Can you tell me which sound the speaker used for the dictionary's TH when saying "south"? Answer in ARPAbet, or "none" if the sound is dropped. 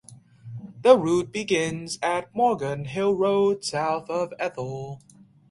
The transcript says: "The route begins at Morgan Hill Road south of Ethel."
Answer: TH